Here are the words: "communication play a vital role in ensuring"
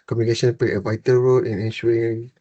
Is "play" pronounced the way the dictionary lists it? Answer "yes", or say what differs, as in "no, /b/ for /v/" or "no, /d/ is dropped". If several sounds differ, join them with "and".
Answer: no, /l/ is dropped